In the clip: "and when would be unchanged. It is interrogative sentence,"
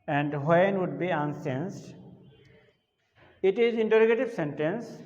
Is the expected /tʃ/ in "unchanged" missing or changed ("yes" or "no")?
yes